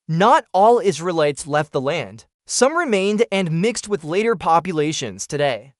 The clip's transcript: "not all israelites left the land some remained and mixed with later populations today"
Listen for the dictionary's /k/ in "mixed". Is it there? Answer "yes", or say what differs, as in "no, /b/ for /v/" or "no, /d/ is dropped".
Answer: yes